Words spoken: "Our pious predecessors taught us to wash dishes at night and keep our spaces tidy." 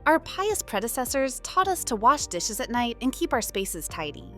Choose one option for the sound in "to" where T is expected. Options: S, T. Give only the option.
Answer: T